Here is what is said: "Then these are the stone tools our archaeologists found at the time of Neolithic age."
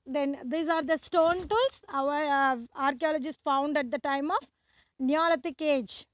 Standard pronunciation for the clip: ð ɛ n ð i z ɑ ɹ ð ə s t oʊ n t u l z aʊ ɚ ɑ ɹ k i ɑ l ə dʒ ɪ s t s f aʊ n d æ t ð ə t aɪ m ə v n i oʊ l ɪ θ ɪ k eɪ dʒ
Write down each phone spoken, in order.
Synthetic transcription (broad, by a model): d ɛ n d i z ɑ ɹ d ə s t oʊ n t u l s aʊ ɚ ɑ ɹ k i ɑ l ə dʒ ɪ s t f aʊ n d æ t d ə t aɪ m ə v n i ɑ l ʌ t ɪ k eɪ dʒ